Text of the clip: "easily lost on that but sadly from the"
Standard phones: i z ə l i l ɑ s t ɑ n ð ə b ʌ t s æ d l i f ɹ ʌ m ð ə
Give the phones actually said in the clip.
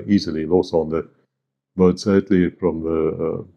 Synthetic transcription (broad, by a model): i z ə l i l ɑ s ɑ n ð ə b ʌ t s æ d l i f ɹ ʌ m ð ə